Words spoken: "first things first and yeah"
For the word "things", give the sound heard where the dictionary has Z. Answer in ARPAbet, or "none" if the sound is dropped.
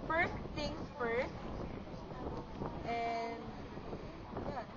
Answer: none